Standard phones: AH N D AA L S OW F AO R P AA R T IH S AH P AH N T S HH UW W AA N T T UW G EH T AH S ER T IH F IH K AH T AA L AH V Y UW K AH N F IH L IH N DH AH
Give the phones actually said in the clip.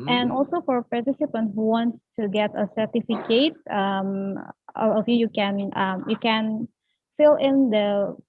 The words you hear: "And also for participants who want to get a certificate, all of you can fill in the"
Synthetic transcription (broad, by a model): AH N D AA L S OW F AO R P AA R T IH S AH P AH N T HH UW W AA N T T UW G EH T AH S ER T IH F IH K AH T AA N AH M Y UW K AH N F IH L IH N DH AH